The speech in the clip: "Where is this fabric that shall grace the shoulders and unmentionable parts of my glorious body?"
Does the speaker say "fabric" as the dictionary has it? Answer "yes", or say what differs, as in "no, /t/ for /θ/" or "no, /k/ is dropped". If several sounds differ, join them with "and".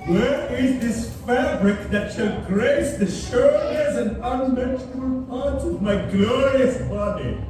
yes